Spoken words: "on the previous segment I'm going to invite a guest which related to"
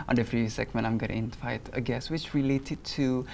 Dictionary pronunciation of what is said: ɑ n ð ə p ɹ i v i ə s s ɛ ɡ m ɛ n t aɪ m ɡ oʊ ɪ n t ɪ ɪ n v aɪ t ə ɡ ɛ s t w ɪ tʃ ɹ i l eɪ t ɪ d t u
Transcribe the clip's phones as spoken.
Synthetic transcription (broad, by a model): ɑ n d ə f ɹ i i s s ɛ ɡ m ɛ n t aɪ m ɡ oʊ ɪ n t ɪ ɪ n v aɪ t ə ɡ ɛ s w ɪ tʃ ɹ i l eɪ t ɪ d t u